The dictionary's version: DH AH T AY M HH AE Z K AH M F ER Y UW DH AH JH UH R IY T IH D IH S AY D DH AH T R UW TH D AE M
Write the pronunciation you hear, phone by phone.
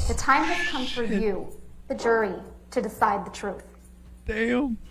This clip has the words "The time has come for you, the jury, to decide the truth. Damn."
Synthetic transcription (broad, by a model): DH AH T AY M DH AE K AH M F ER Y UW DH AH JH UH R IY T IH D IH S AY D DH AH T R UW TH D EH